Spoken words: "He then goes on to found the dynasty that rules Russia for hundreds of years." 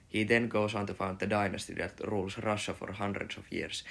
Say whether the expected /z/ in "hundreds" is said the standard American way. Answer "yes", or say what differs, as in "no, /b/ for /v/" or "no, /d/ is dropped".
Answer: no, /s/ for /z/